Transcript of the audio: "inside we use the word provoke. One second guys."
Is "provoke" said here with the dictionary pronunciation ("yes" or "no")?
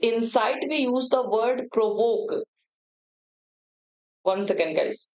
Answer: yes